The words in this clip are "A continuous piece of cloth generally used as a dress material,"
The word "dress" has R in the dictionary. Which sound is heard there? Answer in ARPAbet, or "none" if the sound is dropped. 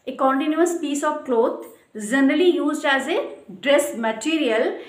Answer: R